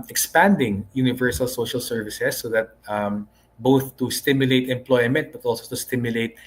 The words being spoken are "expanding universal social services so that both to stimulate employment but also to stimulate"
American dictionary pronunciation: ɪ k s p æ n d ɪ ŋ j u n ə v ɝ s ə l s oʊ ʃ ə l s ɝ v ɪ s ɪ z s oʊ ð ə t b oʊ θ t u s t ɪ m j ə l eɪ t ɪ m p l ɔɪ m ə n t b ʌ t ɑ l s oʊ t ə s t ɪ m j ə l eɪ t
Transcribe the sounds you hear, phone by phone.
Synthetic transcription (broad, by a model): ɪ k s p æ n d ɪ ŋ j u n ə v ɝ s ə l s oʊ ʃ ə l s ɝ v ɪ s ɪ s oʊ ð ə t b oʊ θ t u s t ɪ m j ə l eɪ t ɪ m p l ɔɪ m ə n t b ʌ t ɑ l s oʊ t ə s t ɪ m j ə l eɪ t